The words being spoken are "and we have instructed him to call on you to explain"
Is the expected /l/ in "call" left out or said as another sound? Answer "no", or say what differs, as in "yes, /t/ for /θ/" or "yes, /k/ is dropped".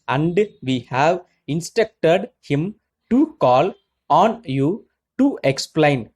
no